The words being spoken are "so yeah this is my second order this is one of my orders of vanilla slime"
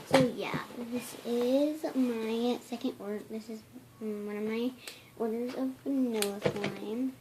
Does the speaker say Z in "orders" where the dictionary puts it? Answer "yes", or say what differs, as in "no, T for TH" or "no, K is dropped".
no, S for Z